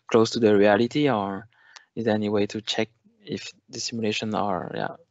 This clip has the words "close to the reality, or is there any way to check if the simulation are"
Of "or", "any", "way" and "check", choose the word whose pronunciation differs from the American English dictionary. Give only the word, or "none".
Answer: none